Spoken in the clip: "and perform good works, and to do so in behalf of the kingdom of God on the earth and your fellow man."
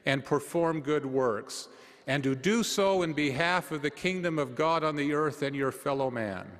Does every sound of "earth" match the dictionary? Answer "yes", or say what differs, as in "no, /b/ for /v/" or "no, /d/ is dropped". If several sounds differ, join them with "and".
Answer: yes